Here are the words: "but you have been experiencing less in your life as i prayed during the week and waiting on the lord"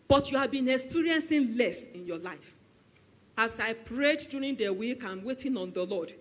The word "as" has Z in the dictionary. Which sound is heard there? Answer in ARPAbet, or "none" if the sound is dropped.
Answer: S